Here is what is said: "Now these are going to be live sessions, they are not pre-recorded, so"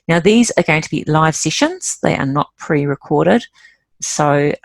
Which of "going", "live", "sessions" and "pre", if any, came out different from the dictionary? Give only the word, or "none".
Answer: none